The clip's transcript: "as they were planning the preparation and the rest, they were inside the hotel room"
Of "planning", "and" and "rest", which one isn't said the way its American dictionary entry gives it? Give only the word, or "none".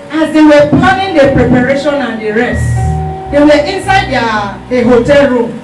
planning